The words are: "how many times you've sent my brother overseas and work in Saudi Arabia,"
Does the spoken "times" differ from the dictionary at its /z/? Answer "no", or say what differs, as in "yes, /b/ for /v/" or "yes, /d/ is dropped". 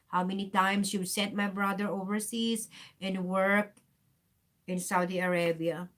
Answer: yes, /s/ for /z/